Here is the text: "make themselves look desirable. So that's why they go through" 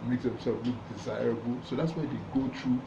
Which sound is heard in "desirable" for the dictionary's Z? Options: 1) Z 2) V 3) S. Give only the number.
1